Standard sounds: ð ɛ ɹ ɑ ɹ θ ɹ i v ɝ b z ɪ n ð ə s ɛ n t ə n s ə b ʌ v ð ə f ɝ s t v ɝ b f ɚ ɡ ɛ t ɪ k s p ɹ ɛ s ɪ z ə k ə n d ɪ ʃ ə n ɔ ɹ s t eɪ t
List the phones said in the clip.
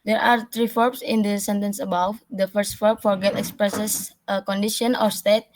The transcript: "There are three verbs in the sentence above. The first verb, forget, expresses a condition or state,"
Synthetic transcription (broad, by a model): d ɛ ɹ ɑ ɹ t ɹ i f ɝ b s ɪ n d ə s ɛ n t ə n s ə b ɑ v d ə f ɝ s t f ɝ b f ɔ ɡ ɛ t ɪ k s p ɹ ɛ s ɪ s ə k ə n d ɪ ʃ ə n ɔ ɹ s t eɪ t